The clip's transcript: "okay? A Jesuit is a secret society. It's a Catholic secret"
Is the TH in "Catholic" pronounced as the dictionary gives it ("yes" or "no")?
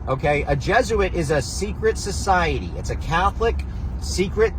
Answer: yes